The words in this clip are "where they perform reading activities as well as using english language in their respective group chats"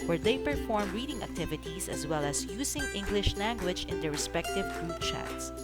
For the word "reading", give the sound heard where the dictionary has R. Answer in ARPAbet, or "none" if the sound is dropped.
R